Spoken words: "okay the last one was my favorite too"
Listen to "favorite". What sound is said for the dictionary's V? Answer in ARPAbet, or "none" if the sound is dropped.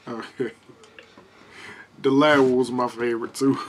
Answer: V